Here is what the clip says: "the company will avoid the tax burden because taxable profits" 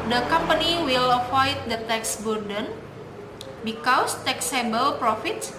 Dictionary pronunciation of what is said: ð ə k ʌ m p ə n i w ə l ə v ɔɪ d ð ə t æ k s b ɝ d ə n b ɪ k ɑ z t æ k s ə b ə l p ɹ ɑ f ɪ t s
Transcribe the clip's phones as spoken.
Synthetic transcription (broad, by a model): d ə k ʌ m p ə n i w ə l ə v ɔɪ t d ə t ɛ k s b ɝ d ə n b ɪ k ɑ s t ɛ k s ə b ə l p ɹ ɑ f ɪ t s